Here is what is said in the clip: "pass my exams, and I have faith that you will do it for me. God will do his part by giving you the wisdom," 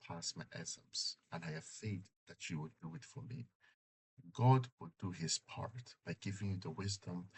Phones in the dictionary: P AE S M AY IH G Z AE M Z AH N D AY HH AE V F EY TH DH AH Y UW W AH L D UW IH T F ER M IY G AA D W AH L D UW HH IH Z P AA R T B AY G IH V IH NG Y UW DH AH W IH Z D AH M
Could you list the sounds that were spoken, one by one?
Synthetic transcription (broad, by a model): P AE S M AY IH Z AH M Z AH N AY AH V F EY T DH AH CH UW W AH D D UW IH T F ER M IY G AA D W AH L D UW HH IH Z P AA R T B AY G IH V IH NG Y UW DH AH W IH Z D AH M